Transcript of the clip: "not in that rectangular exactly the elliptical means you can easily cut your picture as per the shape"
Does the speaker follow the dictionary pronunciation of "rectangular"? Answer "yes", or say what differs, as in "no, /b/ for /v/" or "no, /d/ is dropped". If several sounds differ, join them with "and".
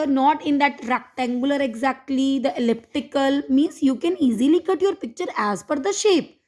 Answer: yes